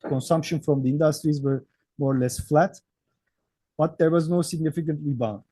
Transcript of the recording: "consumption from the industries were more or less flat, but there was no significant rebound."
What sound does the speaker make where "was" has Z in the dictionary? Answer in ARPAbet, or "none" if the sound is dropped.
Z